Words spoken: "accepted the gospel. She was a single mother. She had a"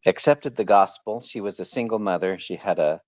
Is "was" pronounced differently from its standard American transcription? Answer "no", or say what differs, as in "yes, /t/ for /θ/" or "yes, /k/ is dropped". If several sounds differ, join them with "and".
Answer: no